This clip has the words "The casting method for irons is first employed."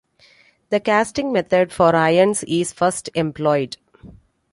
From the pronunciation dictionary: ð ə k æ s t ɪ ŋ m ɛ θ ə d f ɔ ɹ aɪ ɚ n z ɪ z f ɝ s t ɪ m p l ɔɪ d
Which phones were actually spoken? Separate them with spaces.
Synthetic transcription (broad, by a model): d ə k æ s t ɪ ŋ m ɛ t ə d f ɔ ɹ aɪ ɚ n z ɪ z f ɝ s t ɪ m p l ɔɪ d